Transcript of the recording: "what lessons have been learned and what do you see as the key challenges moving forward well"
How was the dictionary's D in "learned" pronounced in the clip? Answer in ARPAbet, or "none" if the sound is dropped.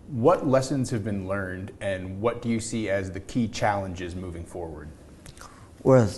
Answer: D